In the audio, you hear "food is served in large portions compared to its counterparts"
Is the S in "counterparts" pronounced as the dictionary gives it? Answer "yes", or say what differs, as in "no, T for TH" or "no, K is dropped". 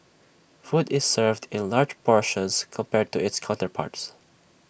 yes